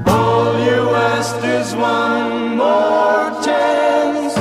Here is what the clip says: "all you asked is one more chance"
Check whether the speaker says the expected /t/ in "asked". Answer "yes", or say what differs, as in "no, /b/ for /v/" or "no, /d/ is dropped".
no, /t/ is dropped